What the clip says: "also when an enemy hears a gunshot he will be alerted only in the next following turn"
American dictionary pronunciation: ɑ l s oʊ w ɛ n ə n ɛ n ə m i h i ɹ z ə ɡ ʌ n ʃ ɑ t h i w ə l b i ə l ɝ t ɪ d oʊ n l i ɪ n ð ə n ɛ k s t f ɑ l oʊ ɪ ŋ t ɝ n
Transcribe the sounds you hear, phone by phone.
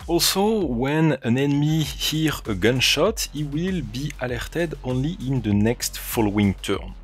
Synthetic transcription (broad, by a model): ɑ l s oʊ w ɛ n ə n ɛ n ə m i h i ɹ ə ɡ ʌ n ʃ ɑ t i w ə l b i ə l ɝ t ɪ d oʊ n l i ɪ n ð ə n ɛ k s t f ɑ l oʊ ɪ ŋ t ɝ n